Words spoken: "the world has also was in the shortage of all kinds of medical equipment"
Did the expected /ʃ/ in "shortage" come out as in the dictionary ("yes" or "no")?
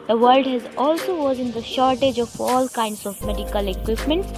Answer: yes